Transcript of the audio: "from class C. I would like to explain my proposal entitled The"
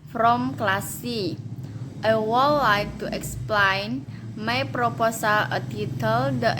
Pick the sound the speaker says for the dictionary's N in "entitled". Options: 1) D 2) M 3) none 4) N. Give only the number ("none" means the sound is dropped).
3